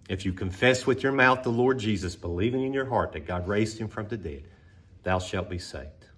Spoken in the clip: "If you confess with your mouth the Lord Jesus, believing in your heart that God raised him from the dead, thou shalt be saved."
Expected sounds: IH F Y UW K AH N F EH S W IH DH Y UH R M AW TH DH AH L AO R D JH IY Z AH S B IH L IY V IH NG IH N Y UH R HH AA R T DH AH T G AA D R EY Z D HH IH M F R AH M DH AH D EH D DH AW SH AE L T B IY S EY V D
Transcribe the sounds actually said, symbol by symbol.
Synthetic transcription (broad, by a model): IH F Y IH K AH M F EH S W IH DH Y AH R M AW TH DH AH L AO R D JH IY Z AH S B IH L IY V IH NG IH N Y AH R HH AA R T DH AH T G AA D R EY Z D HH IH M F R AH M DH AH D EH D DH AW SH AE L T B IY S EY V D